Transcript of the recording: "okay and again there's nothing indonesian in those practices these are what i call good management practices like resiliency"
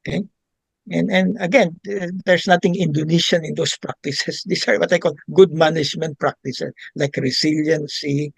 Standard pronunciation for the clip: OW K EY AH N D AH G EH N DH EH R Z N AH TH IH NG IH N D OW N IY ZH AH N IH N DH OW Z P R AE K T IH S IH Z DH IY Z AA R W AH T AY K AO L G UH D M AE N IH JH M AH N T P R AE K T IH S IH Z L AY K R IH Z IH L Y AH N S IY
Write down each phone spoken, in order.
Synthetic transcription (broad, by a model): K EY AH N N AH G EH N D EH R S N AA T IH NG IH N D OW N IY SH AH N IH N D OW S P R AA K T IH S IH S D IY S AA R W AH T AY K AO L G UH D M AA N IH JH M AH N T P R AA K T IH S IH S L AY K R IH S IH L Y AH N S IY